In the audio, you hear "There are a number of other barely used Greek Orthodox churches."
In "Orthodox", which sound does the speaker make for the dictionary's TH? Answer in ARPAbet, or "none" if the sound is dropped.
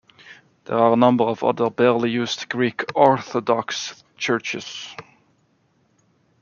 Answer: TH